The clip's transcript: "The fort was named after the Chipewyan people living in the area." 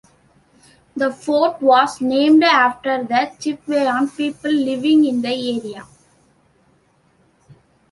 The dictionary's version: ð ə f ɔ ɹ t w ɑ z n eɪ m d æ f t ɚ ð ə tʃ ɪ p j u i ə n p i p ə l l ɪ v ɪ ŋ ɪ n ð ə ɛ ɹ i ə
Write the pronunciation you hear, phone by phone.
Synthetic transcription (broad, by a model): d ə f ɔ ɹ t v ɑ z n eɪ m d æ f t ɚ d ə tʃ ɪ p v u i n p i p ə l l ɪ v ɪ ŋ ɪ n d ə ɛ ɹ i ə